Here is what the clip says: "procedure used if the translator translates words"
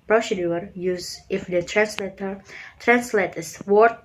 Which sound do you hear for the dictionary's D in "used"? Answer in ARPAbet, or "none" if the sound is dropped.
none